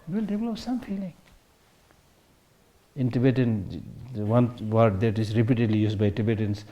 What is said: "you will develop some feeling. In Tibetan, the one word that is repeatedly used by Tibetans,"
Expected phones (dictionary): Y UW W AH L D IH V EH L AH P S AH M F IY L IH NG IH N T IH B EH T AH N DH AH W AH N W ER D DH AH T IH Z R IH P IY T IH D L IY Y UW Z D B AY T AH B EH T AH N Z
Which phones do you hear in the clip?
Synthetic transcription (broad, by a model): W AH L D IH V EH L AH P S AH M F IY L IH NG IH N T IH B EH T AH N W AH N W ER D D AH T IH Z R IH P IY T IH D L IY Y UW S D B AY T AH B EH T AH N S